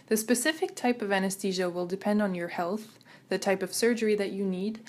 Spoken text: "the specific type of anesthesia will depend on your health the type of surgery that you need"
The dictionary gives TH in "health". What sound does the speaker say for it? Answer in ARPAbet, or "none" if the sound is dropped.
TH